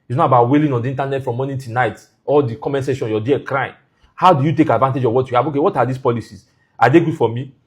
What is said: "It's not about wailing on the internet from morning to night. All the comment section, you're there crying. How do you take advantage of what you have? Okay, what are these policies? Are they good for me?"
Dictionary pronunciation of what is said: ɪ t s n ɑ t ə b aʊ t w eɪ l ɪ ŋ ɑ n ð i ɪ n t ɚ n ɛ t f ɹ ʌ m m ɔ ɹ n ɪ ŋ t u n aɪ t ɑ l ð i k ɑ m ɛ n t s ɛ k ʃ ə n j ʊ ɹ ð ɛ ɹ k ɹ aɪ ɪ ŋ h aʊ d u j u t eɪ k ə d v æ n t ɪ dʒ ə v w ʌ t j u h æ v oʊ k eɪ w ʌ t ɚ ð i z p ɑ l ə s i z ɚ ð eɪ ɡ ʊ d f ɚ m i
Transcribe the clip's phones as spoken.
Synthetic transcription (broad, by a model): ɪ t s n ɑ t ə b aʊ t w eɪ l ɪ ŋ ɑ n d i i n t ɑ n ɛ t f ɹ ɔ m m ɔ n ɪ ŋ t u n aɪ t ɑ l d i k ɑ m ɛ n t s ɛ ʃ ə n j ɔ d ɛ k ɹ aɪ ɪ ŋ h aʊ d u j u t eɪ k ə d v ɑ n t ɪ dʒ ə v w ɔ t j u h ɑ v oʊ k eɪ w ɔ t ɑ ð i s p ɑ l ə s i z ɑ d eɪ ɡ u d f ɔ m i